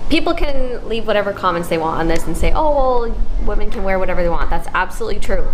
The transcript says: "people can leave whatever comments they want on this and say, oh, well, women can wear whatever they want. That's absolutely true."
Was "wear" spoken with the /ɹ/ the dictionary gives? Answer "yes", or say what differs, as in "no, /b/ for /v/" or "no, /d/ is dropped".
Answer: yes